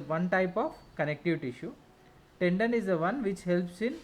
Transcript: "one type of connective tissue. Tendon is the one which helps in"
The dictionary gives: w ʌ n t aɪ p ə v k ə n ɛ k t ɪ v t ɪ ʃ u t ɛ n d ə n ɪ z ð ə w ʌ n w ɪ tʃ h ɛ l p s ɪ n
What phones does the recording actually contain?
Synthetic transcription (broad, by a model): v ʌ n t aɪ p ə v k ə n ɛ k t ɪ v t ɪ ʃ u t ɛ n d ə n ɪ z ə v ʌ n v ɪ tʃ h ɛ l p s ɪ n